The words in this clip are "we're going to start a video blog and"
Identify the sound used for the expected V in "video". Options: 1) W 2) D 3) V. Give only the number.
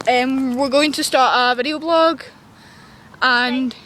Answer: 3